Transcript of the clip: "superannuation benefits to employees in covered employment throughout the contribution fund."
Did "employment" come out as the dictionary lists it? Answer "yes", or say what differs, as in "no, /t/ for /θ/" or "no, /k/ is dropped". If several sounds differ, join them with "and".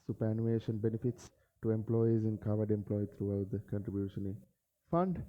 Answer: no, /m/ is dropped and /n/ is dropped